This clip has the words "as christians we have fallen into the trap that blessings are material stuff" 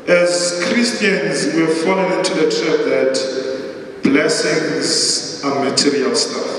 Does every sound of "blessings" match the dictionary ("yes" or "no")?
yes